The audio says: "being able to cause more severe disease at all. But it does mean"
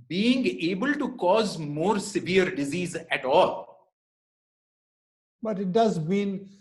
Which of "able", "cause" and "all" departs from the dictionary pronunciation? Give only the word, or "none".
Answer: none